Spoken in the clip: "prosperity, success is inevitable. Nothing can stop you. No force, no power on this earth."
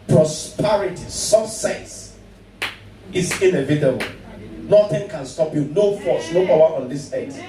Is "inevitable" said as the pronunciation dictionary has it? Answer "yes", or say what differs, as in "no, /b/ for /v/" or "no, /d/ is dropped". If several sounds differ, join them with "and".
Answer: yes